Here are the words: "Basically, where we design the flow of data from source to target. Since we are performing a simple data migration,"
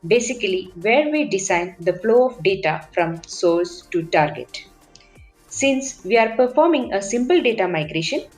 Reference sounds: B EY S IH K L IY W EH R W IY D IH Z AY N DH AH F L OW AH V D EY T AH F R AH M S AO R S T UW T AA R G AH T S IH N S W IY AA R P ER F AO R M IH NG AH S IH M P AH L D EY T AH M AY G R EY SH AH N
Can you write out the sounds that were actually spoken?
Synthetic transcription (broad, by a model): B EY S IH K L IY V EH R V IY D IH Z AY N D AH F L OW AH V D EY T AH F R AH M S AO L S T UW T AA R G AH T S IH N S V IY AA R P ER F AO R M IH NG AH S IH M P AH L D EY T AH M AY G R EY SH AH N